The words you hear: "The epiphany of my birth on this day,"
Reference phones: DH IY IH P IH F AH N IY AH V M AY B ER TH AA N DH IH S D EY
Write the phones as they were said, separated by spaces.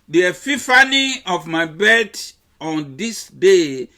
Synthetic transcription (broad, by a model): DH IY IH F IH F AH N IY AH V M AY B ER T AA N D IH S D EY